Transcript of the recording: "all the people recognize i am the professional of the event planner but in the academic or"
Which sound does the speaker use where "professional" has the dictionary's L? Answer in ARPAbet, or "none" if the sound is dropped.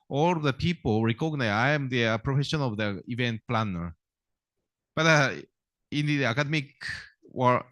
N